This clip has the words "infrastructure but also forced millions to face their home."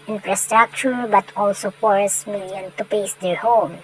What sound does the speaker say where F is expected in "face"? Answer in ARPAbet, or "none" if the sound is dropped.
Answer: P